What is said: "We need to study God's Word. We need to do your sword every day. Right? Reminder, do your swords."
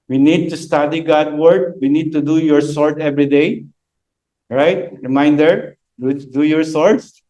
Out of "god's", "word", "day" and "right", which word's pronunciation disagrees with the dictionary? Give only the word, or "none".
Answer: god's